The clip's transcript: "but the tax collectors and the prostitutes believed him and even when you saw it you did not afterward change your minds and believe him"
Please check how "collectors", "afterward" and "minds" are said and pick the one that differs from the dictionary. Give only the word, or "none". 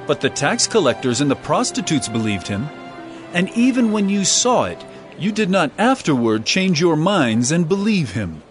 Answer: none